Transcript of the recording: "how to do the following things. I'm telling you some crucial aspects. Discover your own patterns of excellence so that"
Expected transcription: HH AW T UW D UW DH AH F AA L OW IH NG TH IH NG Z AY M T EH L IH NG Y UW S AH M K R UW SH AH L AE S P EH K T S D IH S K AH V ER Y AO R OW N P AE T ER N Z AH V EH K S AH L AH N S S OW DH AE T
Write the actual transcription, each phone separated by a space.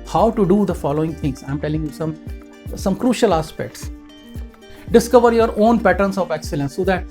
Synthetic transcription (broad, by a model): HH AW T UW D UW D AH F AA L OW IH NG T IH NG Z AY M T EH L IH NG Y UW S AH M K R UW SH AH L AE S P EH K T S D IH S K AH V ER Y AO R OW N P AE T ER N S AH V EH K S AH L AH N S S OW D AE T